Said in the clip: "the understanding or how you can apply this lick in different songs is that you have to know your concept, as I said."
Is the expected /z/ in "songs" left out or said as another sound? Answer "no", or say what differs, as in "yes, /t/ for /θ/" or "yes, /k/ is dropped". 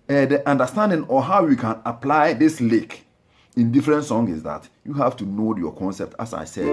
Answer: yes, /z/ is dropped